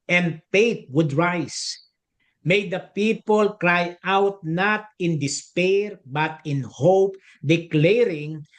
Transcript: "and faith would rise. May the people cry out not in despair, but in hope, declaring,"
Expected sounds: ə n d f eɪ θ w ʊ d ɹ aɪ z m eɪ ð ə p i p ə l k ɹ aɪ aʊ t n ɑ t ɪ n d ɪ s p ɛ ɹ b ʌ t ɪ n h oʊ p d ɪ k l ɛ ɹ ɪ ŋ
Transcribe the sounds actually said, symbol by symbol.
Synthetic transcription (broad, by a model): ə n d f eɪ t w ʊ d ɹ aɪ s m eɪ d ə p i p ə l k ɹ aɪ aʊ t n ɑ t ɪ n d ɪ s p ɛ ɹ b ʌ t ɪ n h oʊ p d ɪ k l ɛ ɹ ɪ ŋ